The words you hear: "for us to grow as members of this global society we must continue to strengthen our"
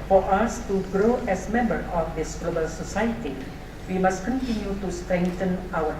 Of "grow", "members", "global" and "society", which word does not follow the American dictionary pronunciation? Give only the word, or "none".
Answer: members